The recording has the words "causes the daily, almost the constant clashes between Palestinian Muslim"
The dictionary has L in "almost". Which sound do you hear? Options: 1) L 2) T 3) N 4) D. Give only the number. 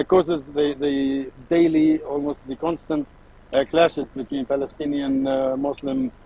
1